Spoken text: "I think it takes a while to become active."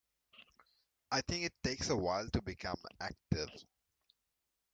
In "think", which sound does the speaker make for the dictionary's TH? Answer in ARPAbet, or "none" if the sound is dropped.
T